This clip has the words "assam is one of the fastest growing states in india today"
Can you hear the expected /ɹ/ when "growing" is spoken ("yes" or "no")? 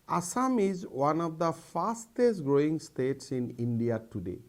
yes